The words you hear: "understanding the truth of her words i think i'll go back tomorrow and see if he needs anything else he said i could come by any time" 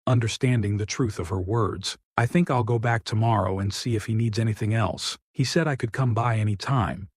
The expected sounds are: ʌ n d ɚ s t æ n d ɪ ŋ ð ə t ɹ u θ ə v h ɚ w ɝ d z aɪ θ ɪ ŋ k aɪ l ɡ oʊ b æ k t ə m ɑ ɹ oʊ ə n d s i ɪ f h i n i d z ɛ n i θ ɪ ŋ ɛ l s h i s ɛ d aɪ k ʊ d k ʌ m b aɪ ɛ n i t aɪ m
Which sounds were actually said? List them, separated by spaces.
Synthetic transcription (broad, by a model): ʌ n d ɚ s t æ n d ɪ ŋ ð ə t ɹ u θ ə v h ɚ w ɝ d z aɪ θ ɪ ŋ k aɪ l ɡ oʊ b æ k t ə m ɑ ɹ oʊ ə n s i ɪ f h i n i d z ɛ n i θ ɪ ŋ ɛ l s h i s ɛ d aɪ k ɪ d k ʌ m b aɪ ɛ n i t aɪ m